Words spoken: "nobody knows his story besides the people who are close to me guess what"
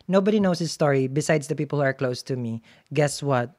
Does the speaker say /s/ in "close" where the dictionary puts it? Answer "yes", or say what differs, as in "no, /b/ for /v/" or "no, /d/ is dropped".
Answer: yes